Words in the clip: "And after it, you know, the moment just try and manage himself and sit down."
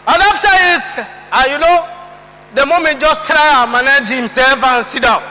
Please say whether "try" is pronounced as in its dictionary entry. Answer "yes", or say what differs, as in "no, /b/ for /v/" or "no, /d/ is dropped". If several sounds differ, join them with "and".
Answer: yes